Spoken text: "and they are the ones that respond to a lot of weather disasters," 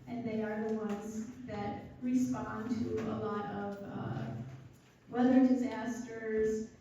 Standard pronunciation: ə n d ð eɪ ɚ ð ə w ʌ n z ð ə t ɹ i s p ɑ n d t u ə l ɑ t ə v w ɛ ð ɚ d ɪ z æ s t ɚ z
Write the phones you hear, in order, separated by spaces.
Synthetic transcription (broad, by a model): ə n ð eɪ ɚ ð ə w ʌ n z ð ə t ɹ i s p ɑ n t u ə l ɑ t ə v w ɛ ð ɚ d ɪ z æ s t ɚ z